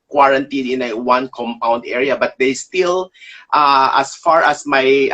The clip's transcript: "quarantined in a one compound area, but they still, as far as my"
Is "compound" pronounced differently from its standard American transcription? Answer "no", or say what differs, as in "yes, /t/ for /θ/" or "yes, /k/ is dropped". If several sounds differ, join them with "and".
no